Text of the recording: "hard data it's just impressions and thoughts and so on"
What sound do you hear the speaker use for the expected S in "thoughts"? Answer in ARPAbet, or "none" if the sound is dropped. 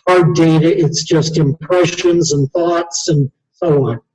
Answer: S